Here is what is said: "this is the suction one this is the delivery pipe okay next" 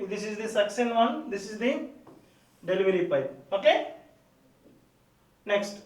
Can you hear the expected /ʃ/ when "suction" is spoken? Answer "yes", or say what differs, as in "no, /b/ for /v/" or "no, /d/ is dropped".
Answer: no, /s/ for /ʃ/